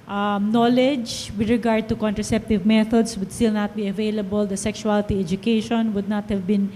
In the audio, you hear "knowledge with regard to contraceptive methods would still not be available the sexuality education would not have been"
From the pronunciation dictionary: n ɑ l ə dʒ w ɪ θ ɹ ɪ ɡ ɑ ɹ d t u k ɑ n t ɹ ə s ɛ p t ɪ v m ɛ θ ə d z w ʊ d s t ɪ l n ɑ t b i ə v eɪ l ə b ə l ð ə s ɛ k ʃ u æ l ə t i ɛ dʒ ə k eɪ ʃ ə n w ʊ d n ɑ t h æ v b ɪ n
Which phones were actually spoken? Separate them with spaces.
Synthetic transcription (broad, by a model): n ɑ l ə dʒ w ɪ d ɹ ɪ ɡ ɑ ɹ d t u k ɑ n t ɹ ə s ɛ p t ɪ v m ɛ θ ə d s w ʊ d s t ɪ l n ɑ t b i ə v eɪ l ə b ə l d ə s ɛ k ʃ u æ l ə t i ɛ dʒ ə k eɪ ʃ ə n w ʊ d n ɑ t h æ v b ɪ n